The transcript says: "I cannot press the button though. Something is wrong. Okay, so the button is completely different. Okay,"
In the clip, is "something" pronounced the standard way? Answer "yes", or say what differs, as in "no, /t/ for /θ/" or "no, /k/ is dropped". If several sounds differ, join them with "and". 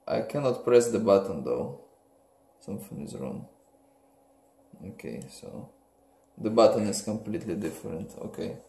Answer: no, /f/ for /θ/